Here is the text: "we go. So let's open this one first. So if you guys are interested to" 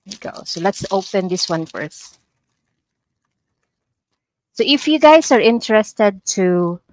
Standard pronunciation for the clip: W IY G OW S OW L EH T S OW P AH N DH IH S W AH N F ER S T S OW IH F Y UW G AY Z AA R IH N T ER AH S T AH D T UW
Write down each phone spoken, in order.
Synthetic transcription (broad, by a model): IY G OW S OW L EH T S OW P AH N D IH S W AH N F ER S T S OW IH F Y UW G AY S AA R IH N T ER AH S T AH D T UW